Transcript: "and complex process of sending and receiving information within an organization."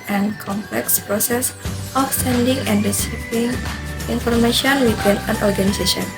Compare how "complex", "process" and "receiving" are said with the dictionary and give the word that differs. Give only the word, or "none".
receiving